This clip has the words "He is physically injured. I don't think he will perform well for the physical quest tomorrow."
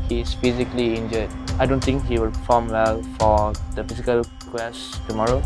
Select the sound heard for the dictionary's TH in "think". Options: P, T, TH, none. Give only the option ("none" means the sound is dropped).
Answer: T